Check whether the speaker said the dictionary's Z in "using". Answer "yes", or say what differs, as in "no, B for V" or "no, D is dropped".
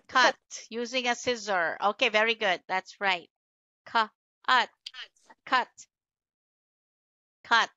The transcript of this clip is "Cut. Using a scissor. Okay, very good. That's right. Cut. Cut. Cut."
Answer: yes